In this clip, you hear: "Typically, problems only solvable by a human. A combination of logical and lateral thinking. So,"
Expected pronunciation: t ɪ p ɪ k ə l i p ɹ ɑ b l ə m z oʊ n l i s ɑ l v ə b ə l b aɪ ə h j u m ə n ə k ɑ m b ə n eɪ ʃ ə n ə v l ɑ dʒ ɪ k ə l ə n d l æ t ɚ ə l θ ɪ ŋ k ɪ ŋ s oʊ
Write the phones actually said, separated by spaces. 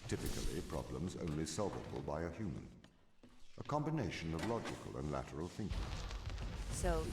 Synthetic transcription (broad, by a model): t ɪ p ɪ k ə l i p ɹ ɑ b l ə m z oʊ n l i s ɑ l v ə b ə l b aɪ ə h j u m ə n ə k ɑ m b ə n eɪ ʃ ə n ə v l ɑ dʒ ɪ k ə l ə n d l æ t ɚ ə l θ ɪ ŋ k ɪ ŋ s oʊ